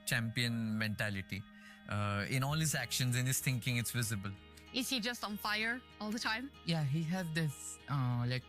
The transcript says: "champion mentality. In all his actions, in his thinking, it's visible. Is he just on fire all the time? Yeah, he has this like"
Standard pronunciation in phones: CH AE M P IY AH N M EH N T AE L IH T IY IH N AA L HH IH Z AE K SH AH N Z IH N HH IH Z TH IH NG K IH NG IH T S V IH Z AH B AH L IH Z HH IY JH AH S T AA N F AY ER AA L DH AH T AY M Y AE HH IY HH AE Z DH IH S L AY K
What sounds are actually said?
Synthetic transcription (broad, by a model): CH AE M P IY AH N M EH N T AE L IH T IY IH N AA L HH IH Z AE K SH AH N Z IH N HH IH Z T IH NG K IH NG IH T S V IH Z AH B AH L IH Z HH IY JH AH S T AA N F AY ER AA L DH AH T AY M Y AE HH IY HH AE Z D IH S L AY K